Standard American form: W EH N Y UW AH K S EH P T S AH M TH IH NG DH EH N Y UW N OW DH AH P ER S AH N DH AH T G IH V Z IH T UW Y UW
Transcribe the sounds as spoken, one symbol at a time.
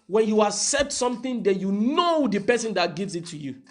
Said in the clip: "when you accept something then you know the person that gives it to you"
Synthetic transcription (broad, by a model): W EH N Y UW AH S EH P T S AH M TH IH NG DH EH N Y UW N OW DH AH P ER S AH N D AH T G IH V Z IH T UW Y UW